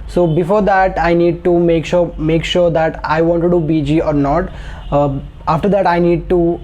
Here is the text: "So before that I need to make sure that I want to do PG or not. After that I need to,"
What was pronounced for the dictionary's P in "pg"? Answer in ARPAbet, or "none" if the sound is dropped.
B